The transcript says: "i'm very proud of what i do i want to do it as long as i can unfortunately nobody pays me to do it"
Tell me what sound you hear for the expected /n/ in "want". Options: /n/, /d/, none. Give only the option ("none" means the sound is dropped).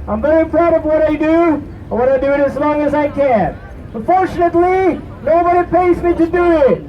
none